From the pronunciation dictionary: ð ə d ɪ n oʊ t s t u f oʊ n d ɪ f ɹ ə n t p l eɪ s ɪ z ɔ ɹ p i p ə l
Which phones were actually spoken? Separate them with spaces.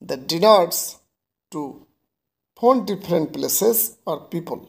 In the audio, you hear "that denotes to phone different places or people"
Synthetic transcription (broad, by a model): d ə d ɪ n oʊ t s t u p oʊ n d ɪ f ɹ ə n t p l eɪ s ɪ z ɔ ɹ p i p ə l